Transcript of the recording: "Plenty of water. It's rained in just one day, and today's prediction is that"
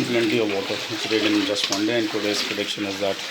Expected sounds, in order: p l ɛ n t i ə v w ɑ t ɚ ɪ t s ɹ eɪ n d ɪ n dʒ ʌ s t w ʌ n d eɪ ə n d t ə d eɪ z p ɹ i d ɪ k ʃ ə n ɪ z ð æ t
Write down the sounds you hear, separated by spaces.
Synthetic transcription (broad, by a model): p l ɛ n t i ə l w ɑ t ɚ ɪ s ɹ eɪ d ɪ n dʒ ʌ s t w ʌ n d eɪ ə n d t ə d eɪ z p ɹ i d ɪ k ʃ ə n ɪ z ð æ t